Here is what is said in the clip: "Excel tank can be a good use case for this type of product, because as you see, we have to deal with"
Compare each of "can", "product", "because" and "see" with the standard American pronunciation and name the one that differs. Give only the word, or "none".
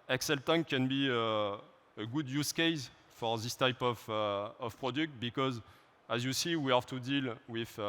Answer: none